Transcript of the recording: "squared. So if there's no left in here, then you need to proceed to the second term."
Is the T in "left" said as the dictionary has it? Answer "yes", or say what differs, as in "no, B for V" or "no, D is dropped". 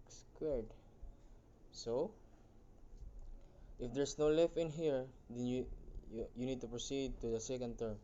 no, T is dropped